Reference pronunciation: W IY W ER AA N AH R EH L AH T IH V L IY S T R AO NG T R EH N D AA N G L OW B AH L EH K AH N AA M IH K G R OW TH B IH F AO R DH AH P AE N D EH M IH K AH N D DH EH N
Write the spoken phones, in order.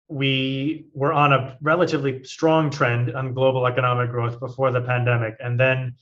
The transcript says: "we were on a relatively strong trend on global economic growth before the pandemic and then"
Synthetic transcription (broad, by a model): W IY W ER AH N AH R EH L AH T IH V L IY S T R AO NG T R EH N D N G L OW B L EH K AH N AA M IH K G R OW TH B IH F AO R DH AH P AE N D EH M IH K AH N DH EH N